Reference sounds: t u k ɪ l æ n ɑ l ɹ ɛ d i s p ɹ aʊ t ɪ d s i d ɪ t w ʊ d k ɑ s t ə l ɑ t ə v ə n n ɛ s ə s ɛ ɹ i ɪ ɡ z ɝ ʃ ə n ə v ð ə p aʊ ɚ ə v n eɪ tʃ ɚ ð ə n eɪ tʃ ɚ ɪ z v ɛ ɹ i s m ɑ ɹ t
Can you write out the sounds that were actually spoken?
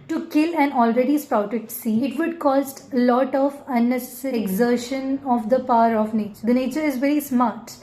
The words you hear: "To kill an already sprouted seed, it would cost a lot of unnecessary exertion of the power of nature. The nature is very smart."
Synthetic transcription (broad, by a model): t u k ɪ l æ n ɑ l ɹ ɛ d i s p ɹ aʊ t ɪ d s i ɪ t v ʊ d k ɑ s t l ɑ t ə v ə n n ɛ s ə s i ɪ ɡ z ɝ ʃ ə n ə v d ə p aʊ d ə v n eɪ tʃ ɚ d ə n eɪ tʃ ɚ ɪ z v ɛ ɹ i s m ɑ ɹ t